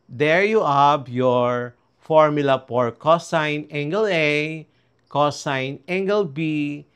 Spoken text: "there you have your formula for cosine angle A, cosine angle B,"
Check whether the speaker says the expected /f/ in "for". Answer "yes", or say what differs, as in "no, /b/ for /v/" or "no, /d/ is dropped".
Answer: no, /p/ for /f/